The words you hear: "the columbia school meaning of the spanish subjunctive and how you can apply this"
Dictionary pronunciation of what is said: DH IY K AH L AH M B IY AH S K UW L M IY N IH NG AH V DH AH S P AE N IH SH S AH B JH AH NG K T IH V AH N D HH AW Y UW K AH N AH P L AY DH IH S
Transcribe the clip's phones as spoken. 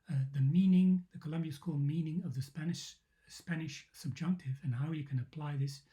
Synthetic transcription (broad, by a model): DH IY K AH L AH M B IY AH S K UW L M IY N IH NG AH V DH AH S P AE N IH SH S AH B JH AH NG K T IH V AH N HH AW Y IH K AH N AH P L AY DH IH S